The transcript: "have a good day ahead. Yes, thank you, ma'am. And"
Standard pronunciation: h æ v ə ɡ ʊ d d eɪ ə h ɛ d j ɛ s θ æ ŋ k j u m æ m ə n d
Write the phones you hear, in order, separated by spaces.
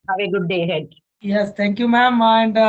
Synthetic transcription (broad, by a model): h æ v ə ɡ ʊ d d eɪ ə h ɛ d j ɛ s t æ ŋ k j u m æ m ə n d